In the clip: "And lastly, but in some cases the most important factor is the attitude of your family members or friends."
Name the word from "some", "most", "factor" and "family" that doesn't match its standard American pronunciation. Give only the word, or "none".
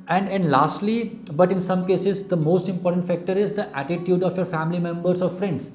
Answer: none